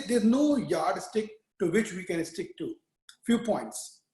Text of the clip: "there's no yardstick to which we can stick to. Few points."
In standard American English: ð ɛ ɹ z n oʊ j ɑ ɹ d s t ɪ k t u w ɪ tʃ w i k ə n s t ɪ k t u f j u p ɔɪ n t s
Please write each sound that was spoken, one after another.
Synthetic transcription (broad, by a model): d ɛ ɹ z n oʊ j ɑ ɹ d s t ɪ k t u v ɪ tʃ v i k ə n s t ɪ k t u f j u p ɔɪ n t s